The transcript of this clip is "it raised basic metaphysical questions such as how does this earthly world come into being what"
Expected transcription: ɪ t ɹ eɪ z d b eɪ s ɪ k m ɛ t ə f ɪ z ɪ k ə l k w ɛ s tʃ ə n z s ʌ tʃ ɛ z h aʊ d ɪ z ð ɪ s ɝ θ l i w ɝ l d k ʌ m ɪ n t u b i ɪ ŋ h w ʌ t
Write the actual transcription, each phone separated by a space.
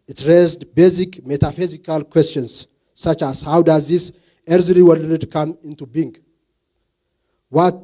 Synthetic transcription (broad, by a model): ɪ t ɹ eɪ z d b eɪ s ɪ k m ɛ t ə f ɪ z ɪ k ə l k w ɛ s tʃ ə n s ʌ tʃ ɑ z h aʊ d ɪ z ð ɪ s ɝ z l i w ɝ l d k ʌ m ɪ n t u b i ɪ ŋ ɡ w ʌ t